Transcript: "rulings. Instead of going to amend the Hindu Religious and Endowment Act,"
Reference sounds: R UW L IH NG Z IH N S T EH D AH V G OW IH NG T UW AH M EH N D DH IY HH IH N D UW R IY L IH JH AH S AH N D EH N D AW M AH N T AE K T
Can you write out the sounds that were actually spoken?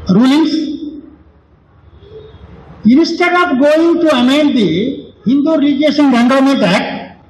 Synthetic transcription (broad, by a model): R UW L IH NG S IH N S T EH D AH P G OW IH NG T UW AH M EH N D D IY HH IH N D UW R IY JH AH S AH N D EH N D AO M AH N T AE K